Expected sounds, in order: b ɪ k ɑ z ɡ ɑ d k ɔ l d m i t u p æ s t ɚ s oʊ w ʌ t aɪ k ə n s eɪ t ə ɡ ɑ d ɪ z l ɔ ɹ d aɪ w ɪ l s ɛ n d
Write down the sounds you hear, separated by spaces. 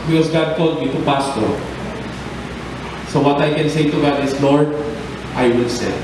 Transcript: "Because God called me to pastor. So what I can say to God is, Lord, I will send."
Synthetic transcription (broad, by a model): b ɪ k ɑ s ɡ ɑ d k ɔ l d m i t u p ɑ s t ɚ s oʊ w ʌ t aɪ k ə n s eɪ t ə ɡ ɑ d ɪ s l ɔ ɹ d aɪ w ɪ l s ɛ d